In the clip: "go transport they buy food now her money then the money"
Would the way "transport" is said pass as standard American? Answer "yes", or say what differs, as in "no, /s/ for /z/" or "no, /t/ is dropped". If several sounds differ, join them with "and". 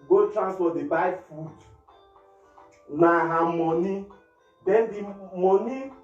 no, /f/ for /p/